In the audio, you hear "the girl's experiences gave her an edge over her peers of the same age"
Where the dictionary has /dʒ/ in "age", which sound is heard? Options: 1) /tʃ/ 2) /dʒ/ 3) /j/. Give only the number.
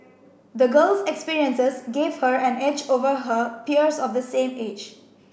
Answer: 2